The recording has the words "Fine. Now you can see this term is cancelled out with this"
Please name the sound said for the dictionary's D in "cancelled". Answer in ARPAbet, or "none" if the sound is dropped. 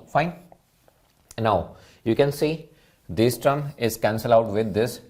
none